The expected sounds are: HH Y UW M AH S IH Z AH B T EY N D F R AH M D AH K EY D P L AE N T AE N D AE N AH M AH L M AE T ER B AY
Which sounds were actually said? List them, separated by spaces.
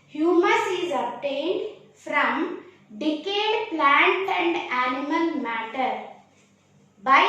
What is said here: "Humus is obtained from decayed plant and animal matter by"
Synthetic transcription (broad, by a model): HH Y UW M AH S IH Z AH B T EY N D F R AH M D AH K EY D P L AE N T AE N D AE N AH M AH L M AE T ER B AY